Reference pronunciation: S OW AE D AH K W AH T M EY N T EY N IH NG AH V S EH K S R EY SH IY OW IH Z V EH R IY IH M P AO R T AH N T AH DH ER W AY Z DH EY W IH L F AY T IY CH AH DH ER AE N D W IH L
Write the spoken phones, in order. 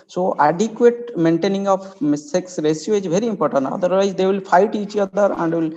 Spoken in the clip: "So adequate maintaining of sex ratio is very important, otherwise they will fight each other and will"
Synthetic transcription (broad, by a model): S OW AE D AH K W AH T M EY N T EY N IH NG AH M S EH K S R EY S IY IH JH V EH R IY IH M P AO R T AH N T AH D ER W AY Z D EY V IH L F AY T IY CH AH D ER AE N D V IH L